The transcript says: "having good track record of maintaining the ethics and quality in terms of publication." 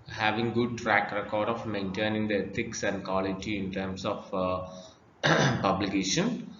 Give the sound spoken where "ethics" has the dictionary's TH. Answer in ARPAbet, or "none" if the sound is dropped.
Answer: T